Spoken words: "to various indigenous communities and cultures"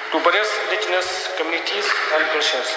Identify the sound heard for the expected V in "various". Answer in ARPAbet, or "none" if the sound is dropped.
B